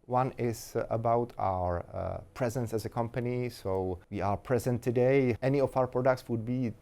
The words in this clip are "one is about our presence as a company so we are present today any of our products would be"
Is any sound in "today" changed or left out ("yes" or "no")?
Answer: no